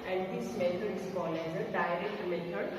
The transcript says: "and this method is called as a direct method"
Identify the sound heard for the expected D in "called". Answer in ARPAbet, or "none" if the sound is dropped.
none